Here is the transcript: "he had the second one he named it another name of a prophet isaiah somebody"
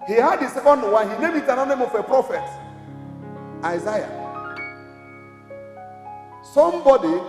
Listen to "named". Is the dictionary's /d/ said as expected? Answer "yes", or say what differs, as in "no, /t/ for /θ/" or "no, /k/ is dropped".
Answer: no, /d/ is dropped